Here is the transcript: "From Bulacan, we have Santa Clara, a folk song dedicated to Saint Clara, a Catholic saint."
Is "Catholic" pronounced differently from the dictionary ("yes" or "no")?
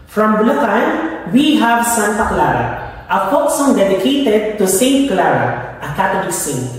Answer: yes